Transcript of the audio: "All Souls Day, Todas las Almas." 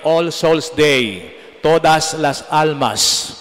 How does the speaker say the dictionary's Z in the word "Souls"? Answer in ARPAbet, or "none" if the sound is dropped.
S